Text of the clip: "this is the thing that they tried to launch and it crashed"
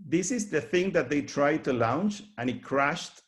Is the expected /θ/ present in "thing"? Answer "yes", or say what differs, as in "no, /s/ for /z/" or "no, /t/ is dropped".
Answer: yes